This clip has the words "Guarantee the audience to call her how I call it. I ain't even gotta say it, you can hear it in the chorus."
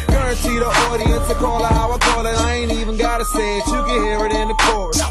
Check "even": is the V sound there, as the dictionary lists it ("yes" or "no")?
yes